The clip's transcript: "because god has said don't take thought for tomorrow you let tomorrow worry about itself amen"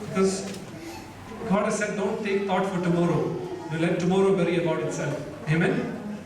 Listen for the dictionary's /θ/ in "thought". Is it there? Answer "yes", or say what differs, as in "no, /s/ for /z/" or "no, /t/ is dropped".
no, /t/ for /θ/